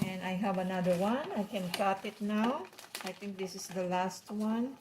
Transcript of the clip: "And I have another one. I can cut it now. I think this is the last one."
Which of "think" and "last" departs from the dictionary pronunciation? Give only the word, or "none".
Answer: think